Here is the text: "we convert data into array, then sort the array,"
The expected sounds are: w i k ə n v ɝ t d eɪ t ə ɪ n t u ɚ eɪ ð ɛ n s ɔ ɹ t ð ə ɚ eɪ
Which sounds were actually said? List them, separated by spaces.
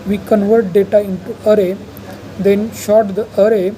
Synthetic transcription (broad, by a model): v i k ə n v ɝ t d eɪ t ə ɪ n t u ɚ eɪ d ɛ n ʃ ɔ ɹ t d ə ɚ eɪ